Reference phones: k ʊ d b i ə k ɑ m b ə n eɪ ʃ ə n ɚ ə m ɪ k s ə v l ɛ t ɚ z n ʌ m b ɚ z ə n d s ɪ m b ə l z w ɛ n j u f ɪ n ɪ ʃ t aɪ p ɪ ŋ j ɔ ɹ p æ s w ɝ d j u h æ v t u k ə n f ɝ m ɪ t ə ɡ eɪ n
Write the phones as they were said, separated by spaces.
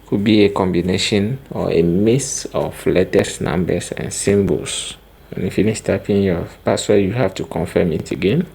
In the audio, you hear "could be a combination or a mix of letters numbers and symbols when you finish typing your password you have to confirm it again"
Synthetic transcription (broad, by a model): k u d b i ə k ɑ m b ə n eɪ ʃ ə n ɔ ə m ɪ s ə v l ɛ t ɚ s n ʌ m b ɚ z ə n s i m b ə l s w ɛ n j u f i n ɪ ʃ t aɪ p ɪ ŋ j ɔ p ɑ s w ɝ j u h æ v t u k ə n f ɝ m ɪ t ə ɡ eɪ n